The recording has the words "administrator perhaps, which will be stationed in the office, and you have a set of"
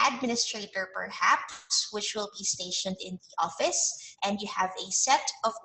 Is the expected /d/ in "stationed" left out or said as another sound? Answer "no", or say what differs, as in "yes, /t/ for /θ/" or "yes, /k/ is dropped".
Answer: no